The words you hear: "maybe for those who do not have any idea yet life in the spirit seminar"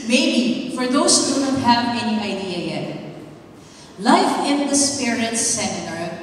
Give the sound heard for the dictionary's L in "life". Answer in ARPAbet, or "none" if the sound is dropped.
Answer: L